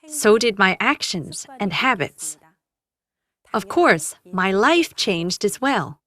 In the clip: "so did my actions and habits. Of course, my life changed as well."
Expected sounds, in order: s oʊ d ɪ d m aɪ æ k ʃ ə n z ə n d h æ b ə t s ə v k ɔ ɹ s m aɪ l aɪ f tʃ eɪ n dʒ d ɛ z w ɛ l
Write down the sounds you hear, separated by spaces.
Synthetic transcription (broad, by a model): s oʊ d ɪ d m aɪ æ k ʃ ə n z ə n h æ b ə t s ə v k ɔ ɹ s m aɪ l aɪ f tʃ eɪ n dʒ d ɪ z w ɛ l